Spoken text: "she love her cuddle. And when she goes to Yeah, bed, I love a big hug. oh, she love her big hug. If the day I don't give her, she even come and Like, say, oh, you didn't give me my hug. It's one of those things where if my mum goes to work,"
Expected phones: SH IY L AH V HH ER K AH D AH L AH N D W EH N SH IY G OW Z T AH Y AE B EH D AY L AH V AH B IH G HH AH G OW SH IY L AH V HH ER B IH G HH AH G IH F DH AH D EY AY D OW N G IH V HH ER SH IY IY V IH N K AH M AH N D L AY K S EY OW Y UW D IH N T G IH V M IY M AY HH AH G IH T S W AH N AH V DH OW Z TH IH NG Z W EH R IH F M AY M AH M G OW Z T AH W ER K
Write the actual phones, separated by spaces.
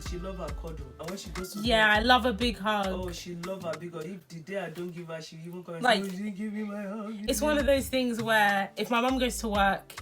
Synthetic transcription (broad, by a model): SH IY L AH V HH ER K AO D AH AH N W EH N SH IY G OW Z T Y AE AY L AH V AH B IH G HH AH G SH IY L AH V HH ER B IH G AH IH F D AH D EY AY D OW N G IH V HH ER SH IY IY V IH N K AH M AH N L AY K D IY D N G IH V M IY M AY HH AH G IH T S W AH N AH V DH OW Z TH IH NG Z W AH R IH F M AY M AH M G OW Z T AH W ER K